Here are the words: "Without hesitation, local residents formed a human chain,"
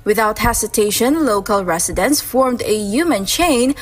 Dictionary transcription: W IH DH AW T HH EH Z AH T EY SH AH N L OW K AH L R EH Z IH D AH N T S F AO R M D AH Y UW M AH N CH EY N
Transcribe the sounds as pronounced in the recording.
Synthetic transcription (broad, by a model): W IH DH AW T HH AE S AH T EY SH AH N L OW K AH L R EH S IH D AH N S F AO R M D AH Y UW M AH N CH EY N